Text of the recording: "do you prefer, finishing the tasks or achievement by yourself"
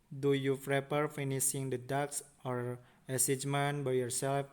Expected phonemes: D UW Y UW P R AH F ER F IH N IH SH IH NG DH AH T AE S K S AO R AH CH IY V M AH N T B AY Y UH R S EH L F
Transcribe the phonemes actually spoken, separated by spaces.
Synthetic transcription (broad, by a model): D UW Y UW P R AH P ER F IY N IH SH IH NG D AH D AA K S AO R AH S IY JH M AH N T B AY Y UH R S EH L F